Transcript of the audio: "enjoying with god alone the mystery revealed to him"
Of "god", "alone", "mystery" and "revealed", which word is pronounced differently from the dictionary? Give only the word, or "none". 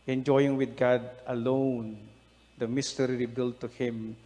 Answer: revealed